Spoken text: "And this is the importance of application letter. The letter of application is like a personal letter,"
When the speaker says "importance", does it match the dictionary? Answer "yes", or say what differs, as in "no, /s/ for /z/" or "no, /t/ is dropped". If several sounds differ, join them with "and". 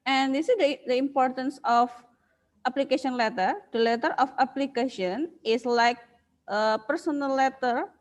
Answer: yes